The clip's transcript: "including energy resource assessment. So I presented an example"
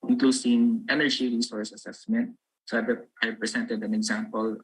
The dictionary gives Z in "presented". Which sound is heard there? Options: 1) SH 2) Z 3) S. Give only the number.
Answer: 3